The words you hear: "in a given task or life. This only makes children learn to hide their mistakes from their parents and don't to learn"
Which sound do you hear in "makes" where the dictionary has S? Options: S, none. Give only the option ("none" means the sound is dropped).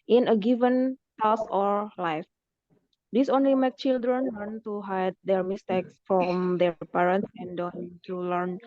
none